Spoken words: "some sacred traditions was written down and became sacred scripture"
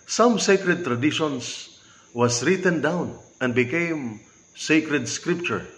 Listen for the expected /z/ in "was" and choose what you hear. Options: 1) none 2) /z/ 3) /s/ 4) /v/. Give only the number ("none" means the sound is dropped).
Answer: 3